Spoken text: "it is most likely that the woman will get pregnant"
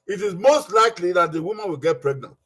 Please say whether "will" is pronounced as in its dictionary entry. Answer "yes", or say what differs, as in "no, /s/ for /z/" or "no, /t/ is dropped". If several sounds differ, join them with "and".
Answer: yes